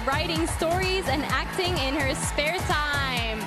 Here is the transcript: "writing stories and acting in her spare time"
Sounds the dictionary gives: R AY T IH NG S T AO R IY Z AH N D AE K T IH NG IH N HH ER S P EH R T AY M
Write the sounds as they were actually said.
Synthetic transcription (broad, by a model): R AY T IH NG S T AO R IY Z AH N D AE K T IH NG IH N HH ER S P EH R T AY M